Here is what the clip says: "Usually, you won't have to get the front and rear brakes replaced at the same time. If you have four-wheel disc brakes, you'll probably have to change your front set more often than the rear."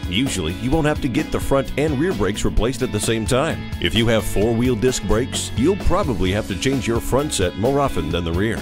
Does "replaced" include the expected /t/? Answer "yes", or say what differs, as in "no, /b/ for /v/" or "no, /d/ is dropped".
yes